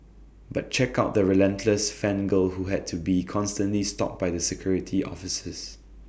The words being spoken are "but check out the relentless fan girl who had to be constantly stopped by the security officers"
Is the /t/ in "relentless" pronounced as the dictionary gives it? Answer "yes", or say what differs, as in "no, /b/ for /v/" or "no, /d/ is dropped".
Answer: yes